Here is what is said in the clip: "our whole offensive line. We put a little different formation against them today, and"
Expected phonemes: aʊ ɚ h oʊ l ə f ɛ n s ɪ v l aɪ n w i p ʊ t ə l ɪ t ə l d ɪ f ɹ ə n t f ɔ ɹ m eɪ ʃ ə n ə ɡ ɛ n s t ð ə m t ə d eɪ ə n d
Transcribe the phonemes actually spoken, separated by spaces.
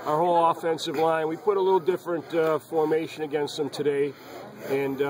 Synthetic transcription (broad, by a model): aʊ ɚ h oʊ l ə f ɛ n s ɪ v l aɪ n w i p ʊ t ə l ɪ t l d ɪ f ɹ ə n t f ɔ ɹ m eɪ ʃ ə n ə ɡ ɛ n s t ð ə m t ə d eɪ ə n